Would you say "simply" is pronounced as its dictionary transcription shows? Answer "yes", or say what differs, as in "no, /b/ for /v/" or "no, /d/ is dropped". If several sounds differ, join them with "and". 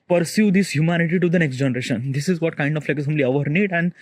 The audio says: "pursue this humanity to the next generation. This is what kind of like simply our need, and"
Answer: no, /p/ is dropped